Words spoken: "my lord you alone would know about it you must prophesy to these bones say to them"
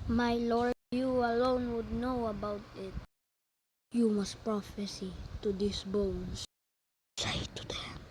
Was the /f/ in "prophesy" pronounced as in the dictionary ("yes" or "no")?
yes